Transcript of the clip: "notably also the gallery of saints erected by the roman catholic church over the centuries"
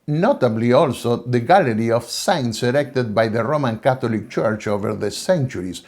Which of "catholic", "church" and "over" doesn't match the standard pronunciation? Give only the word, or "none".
catholic